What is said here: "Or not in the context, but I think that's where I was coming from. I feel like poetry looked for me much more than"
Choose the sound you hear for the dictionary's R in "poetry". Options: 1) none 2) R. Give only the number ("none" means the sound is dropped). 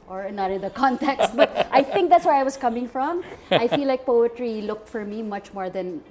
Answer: 2